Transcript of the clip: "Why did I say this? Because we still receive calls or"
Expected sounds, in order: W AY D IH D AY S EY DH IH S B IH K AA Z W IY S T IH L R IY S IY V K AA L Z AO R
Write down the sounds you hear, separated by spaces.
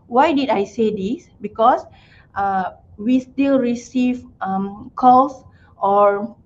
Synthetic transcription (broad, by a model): W AY D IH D AY S EY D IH S B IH K AA S W IY S T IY L R IY S IY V K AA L S AO R